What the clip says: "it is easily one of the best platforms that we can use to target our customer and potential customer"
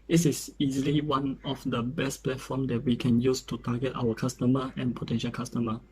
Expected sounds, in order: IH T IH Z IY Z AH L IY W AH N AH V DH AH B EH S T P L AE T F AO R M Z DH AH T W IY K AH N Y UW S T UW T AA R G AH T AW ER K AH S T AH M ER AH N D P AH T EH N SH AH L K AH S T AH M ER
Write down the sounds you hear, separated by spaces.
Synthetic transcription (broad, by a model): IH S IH S IY Z AH L IY W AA N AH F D AH B EH S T P L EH T F AO M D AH T W IY K AH N Y UW S T UW T AA G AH T AW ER K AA S T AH M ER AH N P AH T EH N SH AH L K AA S T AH M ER